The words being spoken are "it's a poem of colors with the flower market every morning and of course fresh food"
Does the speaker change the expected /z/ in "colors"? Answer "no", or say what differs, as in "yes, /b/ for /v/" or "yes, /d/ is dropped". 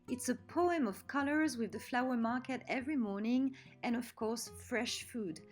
no